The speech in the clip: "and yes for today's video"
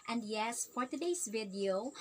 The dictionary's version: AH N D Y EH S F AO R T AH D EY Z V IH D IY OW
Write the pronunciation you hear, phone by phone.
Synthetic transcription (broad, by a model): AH N D Y EH S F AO R T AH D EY S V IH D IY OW